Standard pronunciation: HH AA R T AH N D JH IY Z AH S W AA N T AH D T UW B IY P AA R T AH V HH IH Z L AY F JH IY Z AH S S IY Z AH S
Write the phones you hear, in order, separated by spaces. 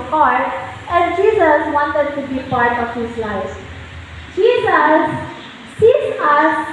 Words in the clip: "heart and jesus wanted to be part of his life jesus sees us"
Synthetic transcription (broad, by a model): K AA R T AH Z JH IY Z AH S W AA N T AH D T UW B IY P AA R T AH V HH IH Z L AY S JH IY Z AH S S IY S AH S